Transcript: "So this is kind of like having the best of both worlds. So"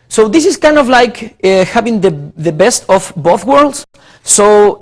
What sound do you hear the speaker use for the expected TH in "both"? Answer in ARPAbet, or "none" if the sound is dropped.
TH